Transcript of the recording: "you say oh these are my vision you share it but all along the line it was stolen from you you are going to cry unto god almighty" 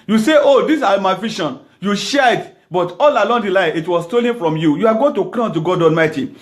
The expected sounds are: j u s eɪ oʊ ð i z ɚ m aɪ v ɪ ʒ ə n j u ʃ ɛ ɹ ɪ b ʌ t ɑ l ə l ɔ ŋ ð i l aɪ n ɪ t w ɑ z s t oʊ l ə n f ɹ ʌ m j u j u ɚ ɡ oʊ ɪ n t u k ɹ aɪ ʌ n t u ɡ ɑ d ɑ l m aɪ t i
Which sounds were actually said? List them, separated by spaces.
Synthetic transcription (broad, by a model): j u s eɪ oʊ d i s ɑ m aɪ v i ʃ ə n j u ʃ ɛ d b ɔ t ɑ l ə l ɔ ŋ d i l aɪ ɪ t w ɑ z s t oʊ l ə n f ɹ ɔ m j u j u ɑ ɡ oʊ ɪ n t u k l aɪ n t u ɡ ɑ d ɑ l m aɪ t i